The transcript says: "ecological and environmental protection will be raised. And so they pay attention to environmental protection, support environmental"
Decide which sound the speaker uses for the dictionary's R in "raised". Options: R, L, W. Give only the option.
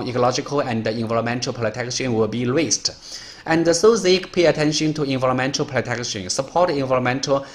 W